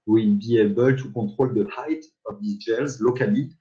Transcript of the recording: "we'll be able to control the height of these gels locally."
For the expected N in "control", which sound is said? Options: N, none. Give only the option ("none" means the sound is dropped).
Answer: none